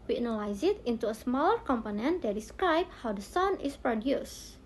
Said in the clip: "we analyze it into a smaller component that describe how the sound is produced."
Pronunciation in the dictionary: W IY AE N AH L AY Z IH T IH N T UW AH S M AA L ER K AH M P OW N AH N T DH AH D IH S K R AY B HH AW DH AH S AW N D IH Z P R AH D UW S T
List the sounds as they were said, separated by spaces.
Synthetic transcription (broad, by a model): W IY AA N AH L AY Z IH T IH N T UW AH S M AA L ER K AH M P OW N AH N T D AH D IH S K R AY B HH AW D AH S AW N IH S P R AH D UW S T